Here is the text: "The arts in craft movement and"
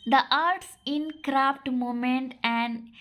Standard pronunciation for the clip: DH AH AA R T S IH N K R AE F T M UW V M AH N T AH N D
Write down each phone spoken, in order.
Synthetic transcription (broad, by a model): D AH AA R T S IH N K R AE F T M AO M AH N T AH N D